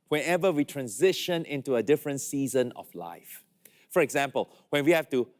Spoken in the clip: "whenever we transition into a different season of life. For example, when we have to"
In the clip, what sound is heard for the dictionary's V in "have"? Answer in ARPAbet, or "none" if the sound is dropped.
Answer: F